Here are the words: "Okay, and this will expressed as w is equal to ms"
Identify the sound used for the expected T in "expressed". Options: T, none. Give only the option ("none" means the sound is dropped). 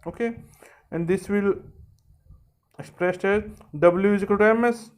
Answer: T